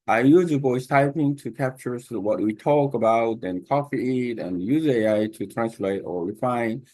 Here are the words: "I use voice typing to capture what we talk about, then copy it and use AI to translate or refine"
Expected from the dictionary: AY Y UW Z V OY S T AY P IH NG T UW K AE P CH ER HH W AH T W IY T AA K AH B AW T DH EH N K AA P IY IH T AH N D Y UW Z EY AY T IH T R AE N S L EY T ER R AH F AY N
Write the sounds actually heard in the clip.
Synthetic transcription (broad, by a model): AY Y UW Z B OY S T AY P IH NG T UW K AE P CH ER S W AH T W IY T AA K AH B AW T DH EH N K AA F IY IH T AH N Y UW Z EY AY T IH T R AE N S L EY T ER R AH F AY N